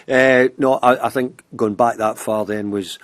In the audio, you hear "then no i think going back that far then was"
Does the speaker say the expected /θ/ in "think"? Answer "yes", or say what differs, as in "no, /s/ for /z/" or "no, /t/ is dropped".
yes